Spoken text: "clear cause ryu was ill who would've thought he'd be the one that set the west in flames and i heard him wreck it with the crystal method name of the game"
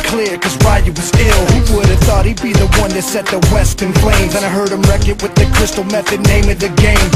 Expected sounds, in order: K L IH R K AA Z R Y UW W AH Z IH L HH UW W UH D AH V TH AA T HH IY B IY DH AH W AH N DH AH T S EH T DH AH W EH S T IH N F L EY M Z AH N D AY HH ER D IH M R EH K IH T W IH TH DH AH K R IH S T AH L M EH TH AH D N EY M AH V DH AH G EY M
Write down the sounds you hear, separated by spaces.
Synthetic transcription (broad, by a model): K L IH R K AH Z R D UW W AH Z IH L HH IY W UH D AH V TH AA T HH IY B IY DH AH W AH N DH AH T S EH T DH AH W EH S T IH N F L EY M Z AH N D AY HH ER D IH M R EH K IH T W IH DH AH K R IH S T L M EH TH AH D N EY M AH V DH AH G EY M